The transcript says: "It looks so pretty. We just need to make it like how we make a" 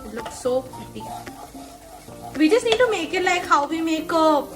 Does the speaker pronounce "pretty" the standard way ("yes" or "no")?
no